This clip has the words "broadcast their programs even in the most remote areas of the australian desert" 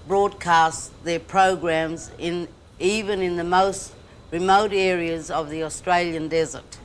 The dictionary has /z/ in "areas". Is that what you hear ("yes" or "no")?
yes